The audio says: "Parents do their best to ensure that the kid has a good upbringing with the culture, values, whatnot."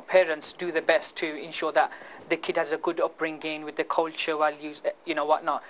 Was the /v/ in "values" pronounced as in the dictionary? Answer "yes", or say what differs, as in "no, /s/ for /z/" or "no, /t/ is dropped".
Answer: no, /w/ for /v/